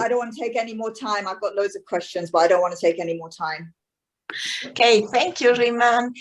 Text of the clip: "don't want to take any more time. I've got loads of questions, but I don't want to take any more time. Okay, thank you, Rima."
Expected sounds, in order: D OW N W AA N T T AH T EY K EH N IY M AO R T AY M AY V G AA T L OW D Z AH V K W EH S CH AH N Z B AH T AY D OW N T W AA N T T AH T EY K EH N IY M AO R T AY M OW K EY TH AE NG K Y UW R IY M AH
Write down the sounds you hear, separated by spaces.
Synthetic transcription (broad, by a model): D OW N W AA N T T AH T EY K EH N IY M AO T AY M AY V G AA T L OW D Z AH V K W EH S CH AH N Z B AH T AY D OW N T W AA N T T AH T EY K EH N IY M AO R T AY M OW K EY TH AE NG K Y UW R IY M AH